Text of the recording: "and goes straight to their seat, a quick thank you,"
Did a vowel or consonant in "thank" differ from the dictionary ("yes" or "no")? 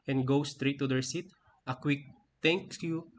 yes